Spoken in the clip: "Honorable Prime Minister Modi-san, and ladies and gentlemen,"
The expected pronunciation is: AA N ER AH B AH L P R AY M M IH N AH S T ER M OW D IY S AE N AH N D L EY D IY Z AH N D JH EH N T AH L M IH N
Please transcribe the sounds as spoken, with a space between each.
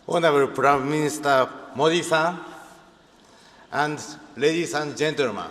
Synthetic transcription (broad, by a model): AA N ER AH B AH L P R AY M M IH N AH S T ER M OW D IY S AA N AH N D L EY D IY S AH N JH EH N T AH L M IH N